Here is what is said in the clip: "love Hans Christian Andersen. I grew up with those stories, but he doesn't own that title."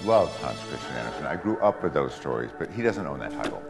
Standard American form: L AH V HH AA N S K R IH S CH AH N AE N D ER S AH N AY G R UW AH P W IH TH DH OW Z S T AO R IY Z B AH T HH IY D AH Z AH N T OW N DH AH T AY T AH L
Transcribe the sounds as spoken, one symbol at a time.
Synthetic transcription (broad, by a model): L AH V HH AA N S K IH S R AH AE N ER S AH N AY G R UW AH P W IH DH OW Z S T AO R IY Z B AH T HH IY D AH Z AH N T OW N DH AH T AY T L